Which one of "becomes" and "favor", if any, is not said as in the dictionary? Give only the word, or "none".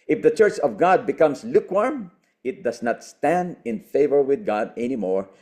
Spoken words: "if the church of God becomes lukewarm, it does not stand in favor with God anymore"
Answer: becomes